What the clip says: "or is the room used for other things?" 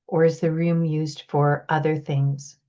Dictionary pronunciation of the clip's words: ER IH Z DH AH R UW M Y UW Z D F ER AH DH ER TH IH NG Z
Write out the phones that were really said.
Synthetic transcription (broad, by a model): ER IH Z DH AH R UW M Y UW Z D F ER AH DH ER TH IH NG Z